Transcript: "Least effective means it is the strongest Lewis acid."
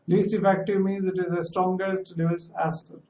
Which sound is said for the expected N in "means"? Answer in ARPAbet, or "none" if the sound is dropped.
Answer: N